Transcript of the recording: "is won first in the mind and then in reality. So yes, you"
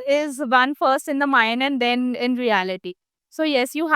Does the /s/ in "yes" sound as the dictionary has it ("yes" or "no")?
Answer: yes